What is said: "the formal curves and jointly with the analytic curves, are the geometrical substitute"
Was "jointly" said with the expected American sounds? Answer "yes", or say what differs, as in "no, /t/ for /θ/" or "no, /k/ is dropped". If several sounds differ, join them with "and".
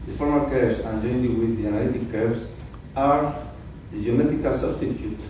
no, /l/ is dropped